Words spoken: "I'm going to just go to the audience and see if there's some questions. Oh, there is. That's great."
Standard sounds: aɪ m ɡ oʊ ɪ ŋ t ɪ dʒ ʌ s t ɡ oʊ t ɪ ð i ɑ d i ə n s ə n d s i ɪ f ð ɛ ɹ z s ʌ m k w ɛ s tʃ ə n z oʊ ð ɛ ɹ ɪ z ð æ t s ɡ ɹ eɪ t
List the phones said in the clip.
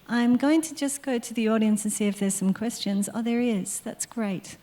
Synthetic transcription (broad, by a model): aɪ m ɡ oʊ ɪ ŋ t ɪ dʒ ʌ s ɡ oʊ t ɪ ð i ɑ d i ə n s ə n s i ɪ f ð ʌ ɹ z s ʌ m k w ɛ s tʃ ə n z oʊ ð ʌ ɹ ɪ z ð æ t s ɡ ɹ eɪ t